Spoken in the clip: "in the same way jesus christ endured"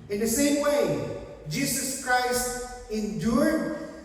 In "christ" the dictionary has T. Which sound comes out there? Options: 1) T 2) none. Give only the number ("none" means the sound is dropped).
1